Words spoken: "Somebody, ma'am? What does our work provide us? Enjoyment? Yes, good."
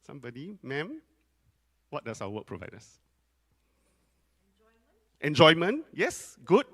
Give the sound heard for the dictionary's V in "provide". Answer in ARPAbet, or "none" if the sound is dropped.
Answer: V